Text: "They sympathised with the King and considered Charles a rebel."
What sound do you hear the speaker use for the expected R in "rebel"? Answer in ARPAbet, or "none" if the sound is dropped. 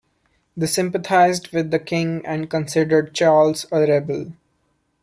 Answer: R